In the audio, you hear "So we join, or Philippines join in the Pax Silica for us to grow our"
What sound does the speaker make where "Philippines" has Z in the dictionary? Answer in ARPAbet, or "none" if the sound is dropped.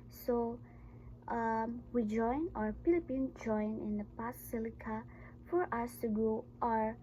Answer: none